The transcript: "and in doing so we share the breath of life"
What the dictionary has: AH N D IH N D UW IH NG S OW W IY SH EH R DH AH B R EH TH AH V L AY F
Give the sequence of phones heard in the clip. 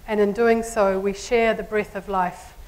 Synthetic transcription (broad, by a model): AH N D IH N D UW IH NG S OW W IY SH EH R DH AH B R EH TH AH V L AY F